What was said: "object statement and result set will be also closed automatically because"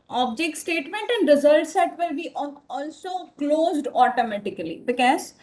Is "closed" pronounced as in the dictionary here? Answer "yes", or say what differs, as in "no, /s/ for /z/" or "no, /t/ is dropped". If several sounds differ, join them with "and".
yes